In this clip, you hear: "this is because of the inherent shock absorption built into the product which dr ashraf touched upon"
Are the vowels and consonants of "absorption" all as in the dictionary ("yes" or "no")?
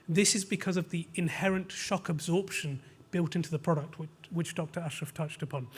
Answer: yes